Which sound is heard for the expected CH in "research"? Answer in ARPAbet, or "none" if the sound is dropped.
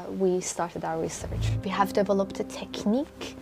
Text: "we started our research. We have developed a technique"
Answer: CH